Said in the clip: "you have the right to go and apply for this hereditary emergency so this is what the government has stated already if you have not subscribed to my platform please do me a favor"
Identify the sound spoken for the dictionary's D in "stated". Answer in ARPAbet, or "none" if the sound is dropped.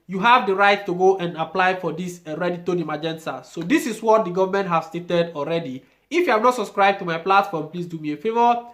D